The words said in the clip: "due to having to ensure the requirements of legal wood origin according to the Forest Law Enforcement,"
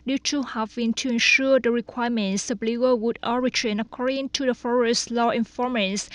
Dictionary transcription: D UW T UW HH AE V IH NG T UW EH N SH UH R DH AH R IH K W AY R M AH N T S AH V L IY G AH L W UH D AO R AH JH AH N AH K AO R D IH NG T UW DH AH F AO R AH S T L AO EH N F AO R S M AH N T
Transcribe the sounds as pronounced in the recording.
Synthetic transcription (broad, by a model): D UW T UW HH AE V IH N T UW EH N SH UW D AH R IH K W AY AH M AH N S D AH B L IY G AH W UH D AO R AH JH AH N AH K AO R D IH NG T UW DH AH F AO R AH S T L AO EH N F AO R M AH N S